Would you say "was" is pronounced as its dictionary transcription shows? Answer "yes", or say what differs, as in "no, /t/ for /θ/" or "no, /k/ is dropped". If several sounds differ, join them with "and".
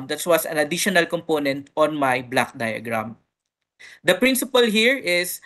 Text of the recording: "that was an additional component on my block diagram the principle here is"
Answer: no, /s/ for /z/